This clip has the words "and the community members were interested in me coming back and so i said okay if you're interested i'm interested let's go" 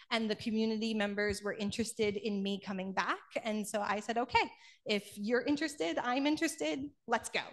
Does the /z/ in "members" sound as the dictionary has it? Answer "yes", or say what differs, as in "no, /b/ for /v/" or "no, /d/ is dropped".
yes